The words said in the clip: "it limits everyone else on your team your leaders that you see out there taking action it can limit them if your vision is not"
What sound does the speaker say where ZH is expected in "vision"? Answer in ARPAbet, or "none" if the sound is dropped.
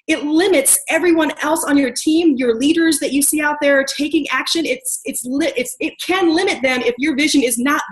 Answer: ZH